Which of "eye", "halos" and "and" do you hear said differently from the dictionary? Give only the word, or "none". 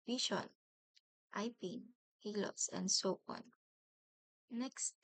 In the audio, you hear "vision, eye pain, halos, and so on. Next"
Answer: halos